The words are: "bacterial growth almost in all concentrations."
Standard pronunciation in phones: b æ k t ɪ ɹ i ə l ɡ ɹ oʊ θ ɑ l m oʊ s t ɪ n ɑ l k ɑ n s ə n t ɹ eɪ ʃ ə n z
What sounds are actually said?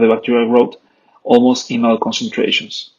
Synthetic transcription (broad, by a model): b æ k t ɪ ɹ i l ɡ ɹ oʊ t ɑ l m oʊ s t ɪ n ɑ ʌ k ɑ n s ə n t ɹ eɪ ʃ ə n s